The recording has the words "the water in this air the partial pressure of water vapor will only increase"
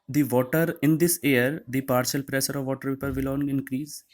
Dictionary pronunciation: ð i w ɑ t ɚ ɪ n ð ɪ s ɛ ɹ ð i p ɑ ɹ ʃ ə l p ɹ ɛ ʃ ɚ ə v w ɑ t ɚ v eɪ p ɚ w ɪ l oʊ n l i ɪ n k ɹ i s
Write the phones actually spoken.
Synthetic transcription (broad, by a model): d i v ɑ t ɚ ɪ n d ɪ s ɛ ɹ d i p ɑ ɹ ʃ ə l p ɹ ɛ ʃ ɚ ə v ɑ t ɚ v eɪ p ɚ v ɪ l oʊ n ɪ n k ɹ i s